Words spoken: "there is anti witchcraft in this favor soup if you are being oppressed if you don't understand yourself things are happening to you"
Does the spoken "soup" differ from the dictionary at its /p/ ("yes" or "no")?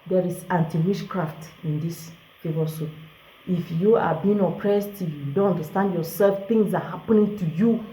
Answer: yes